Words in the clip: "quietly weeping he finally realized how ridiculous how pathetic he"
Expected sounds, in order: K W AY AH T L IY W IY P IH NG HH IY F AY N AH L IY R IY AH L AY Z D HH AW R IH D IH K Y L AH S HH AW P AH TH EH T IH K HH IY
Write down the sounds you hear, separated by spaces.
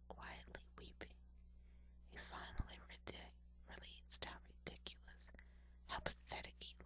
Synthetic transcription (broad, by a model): K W AY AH T L IY W IY P IH NG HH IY F AY N L IY R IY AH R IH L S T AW R IH D IH K Y L AH S HH AW P AH TH EH T IH K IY